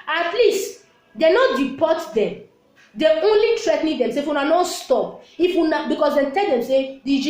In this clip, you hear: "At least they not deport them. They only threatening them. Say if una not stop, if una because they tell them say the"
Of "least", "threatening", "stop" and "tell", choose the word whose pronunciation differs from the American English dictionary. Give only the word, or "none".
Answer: threatening